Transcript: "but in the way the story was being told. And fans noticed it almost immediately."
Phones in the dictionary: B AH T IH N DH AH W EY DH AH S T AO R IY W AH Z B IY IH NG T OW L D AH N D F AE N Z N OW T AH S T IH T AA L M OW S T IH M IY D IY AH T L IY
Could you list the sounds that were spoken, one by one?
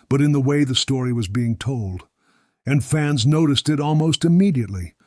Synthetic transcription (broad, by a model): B AH T IH N DH AH W EY DH AH S T AO R IY W AH Z B IY IH NG T OW L D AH N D F AE N Z N OW T AH S T IH T AA L M OW S T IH M IY D IY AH T L IY